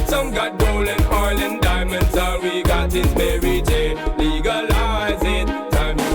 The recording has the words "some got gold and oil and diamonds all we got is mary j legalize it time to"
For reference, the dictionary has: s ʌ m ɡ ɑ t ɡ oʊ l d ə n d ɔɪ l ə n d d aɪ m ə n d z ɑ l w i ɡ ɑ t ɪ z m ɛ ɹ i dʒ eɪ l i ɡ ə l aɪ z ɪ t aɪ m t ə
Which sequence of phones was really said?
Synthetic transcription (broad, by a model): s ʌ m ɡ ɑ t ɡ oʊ l ə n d ɔɪ l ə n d d aɪ m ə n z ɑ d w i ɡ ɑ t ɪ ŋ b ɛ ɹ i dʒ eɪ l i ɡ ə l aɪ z ɪ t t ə